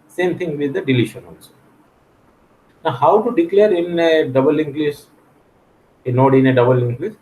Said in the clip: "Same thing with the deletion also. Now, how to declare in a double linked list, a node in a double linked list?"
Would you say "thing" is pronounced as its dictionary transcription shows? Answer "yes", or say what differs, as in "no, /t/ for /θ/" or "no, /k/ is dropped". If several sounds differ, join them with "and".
no, /t/ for /θ/